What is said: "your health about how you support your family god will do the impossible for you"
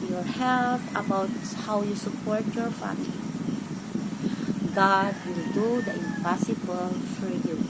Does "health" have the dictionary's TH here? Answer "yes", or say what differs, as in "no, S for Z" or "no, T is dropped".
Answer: no, T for TH